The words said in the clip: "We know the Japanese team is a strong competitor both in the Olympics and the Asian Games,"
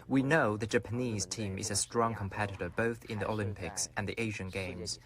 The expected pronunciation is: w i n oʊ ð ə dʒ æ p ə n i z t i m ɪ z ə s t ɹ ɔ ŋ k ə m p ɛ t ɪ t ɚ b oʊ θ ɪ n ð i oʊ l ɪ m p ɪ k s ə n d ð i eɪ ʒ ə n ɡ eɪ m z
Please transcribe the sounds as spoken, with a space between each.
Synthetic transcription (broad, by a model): w i n oʊ ð ə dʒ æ p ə n i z t i m ɪ z ə s t ɹ ɔ ŋ k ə m p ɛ t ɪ t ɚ b oʊ θ ɪ n ð i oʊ l ɪ m p ɪ k s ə n ð i eɪ ʒ ə n ɡ eɪ m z